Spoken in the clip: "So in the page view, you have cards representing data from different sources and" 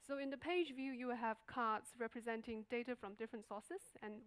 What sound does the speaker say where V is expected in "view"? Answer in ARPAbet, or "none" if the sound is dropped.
V